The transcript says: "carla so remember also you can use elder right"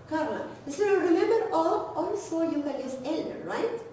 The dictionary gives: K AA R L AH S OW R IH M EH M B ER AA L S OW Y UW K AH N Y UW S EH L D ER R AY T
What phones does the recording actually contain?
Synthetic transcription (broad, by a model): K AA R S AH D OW R IH M EH M B ER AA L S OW Y UW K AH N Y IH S EH L D ER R AY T